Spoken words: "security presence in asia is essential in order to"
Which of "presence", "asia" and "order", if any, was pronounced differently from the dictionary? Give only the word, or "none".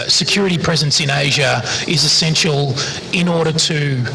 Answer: none